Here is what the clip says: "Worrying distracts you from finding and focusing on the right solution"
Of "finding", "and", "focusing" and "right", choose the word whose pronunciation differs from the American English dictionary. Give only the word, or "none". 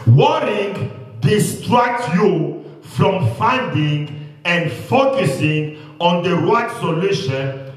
right